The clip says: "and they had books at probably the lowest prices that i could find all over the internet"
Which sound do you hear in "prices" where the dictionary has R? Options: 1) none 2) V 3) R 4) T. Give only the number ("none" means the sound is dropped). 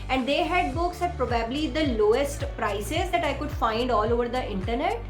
3